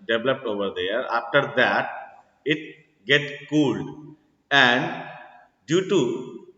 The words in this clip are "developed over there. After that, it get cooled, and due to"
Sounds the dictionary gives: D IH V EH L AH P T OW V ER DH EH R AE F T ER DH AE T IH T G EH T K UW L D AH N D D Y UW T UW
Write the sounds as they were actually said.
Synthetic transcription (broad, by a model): D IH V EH L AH P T OW V ER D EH R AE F T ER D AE T IH T G EH T K UW L D AH N D D Y UW T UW